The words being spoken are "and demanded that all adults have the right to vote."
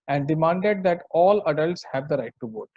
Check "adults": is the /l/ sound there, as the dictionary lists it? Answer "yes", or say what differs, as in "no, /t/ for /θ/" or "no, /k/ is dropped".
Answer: yes